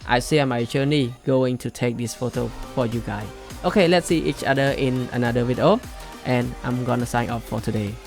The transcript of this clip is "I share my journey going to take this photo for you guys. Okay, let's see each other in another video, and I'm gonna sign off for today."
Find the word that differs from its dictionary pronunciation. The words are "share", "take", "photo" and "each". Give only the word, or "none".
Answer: share